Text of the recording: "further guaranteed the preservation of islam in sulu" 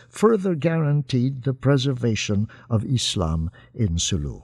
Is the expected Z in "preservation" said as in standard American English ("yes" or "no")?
yes